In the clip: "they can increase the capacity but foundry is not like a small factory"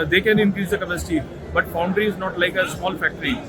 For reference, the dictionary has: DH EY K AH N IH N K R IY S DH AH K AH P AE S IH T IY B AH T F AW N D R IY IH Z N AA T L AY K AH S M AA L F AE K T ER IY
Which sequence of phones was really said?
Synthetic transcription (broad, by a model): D EY K AH N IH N K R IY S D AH K AH P AE S IH T IY B AH T F AW N D R IY IH Z N AA T L AY K AH S M AA L F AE K T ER IY